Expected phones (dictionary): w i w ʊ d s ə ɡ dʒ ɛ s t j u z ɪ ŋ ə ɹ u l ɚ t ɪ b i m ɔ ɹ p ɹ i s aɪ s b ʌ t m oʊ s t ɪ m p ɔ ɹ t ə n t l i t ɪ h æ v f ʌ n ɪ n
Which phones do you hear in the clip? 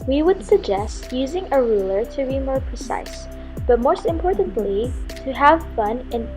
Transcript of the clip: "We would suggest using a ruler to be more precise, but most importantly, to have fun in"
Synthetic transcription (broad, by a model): w i w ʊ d s ə ɡ dʒ ɛ s t j u z ɪ ŋ ə ɹ u l ɚ t ɪ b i m ɔ ɹ p ɹ i s aɪ s b ʌ t m oʊ s t ɪ m p ɔ ɹ t ə n t l i t ɪ h æ v f ʌ n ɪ n